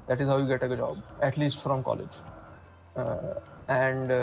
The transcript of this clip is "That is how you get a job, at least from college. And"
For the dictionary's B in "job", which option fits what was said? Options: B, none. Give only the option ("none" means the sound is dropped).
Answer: B